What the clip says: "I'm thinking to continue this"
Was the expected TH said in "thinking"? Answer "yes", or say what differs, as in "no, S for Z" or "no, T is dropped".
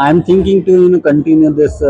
no, T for TH